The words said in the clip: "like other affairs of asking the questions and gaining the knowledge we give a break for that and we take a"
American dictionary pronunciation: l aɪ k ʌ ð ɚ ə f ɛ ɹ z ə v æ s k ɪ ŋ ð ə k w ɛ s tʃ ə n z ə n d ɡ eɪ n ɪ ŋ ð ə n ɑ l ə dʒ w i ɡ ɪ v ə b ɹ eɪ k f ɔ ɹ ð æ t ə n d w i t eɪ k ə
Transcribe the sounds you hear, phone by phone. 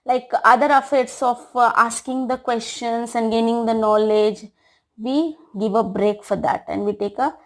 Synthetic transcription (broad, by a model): l aɪ k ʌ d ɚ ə f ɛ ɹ s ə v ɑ s k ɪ ŋ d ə k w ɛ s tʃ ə n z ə n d ɡ eɪ n ɪ ŋ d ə n ɑ l ə dʒ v i ɡ ɪ v ə b ɹ eɪ k f ɔ ɹ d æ t ə n d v i t eɪ k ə